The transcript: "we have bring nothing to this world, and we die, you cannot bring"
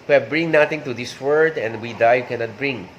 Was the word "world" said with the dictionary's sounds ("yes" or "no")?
no